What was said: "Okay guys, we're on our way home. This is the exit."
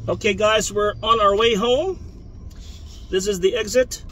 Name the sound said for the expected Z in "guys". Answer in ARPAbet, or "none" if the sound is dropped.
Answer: Z